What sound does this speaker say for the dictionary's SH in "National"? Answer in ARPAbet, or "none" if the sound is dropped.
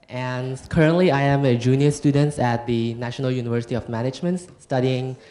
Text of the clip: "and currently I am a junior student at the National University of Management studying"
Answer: SH